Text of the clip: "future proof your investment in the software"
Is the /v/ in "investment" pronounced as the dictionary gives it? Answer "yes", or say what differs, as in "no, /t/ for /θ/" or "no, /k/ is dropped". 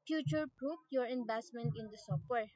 no, /b/ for /v/